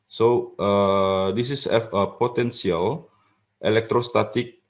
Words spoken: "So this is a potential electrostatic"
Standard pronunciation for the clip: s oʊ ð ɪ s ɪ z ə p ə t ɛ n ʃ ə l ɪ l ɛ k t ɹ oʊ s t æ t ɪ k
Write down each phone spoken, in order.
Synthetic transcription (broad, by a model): s oʊ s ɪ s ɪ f ə p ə t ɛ n s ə l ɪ l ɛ k t ɹ oʊ s t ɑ t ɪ k